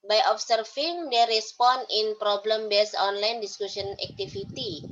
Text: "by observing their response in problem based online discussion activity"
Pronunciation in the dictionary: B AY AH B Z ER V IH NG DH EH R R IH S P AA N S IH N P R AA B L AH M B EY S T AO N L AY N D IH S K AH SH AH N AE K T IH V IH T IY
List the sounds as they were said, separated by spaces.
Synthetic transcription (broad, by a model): B AY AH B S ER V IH NG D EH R R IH S P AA N IH N P R AA B L AH M B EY S AO N L AY N D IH S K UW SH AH N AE K T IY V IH T IY